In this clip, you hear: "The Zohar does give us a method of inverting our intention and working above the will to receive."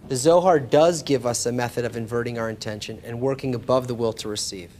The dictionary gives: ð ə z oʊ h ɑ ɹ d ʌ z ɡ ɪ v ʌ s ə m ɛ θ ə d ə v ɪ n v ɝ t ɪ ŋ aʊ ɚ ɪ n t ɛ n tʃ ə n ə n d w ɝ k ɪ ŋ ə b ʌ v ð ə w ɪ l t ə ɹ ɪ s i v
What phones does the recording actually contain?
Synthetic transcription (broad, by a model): ð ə z oʊ h ɑ ɹ d ʌ z ɡ ɪ v ʌ s ə m ɛ θ ə d ə v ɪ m v ɝ t ɪ ŋ aʊ ɚ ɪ n t ɛ n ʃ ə n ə n w ɝ k ɪ ŋ ə b ʌ v ð ə w ɪ l t ə ɹ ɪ s i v